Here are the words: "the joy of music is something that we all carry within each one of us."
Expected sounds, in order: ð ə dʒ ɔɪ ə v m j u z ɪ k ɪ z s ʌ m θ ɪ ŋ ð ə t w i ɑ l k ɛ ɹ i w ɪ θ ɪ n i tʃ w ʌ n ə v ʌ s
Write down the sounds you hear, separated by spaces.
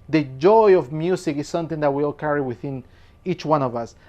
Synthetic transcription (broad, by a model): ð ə dʒ ɔɪ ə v m j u s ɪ k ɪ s s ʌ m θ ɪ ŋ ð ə t w i ɑ l k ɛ ɹ i w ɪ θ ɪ n i tʃ w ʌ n ə v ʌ s